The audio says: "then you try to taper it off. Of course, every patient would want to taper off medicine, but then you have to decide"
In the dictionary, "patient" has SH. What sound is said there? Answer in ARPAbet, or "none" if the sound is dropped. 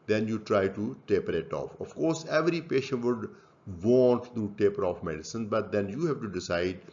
SH